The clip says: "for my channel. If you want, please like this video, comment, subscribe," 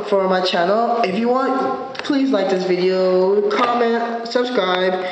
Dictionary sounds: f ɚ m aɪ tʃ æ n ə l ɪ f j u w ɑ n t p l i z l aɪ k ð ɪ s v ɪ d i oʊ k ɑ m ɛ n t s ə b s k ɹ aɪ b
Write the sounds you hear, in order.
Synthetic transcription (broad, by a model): f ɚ m aɪ tʃ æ n l ɪ f j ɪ w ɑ n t p l i z l aɪ k ð ɪ s v ɪ d i oʊ k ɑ m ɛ n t s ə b s k ɹ aɪ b